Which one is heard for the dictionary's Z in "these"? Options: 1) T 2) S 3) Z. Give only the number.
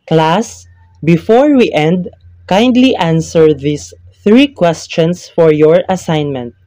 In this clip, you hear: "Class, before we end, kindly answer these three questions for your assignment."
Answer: 2